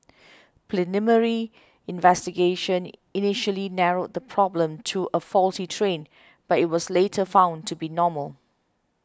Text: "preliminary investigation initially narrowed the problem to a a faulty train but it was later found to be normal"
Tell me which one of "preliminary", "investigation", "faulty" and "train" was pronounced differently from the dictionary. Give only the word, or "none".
preliminary